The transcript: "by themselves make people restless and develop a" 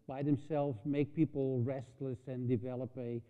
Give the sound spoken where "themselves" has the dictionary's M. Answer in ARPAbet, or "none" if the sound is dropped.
M